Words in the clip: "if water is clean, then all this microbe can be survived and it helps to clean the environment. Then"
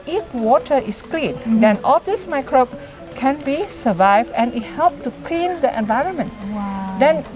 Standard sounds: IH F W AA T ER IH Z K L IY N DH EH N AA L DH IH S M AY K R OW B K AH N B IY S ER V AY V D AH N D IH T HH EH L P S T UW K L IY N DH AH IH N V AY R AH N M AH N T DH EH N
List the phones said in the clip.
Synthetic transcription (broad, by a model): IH F W AA T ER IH S K L IY N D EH N AA L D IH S M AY K R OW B K AH N B IY S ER V AY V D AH N IH T HH EH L P T UW K L IY N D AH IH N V AY R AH N M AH N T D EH N